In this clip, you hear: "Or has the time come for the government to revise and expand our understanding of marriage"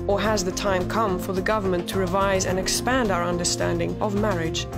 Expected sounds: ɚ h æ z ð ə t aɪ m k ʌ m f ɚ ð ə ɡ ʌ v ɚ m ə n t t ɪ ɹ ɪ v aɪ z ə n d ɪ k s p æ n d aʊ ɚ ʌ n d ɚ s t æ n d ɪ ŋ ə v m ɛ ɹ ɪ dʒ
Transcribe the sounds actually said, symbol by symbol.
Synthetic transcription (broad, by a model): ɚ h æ z ð ə t aɪ m k ʌ m f ɚ ð ə ɡ ʌ v ɚ m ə n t t ɪ ɹ ɪ v aɪ z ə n ɪ k s p æ n d aʊ ɚ ʌ n d ɚ s t æ n d ɪ ŋ ə v m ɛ ɹ ɪ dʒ